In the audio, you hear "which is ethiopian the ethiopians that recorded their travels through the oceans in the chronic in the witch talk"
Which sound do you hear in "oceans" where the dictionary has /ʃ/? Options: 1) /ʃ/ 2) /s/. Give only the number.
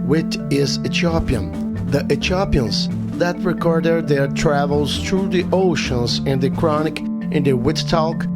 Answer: 1